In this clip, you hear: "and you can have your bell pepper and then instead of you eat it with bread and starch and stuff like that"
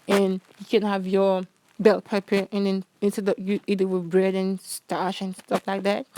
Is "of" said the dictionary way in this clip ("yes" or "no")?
no